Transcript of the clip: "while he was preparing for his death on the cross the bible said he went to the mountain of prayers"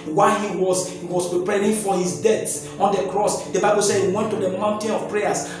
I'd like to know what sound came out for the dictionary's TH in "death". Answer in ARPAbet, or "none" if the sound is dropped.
S